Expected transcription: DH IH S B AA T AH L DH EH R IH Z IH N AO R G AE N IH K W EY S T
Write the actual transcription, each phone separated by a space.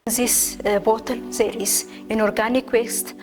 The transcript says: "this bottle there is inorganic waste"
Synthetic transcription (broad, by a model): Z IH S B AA T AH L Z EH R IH S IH N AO R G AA N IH K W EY S T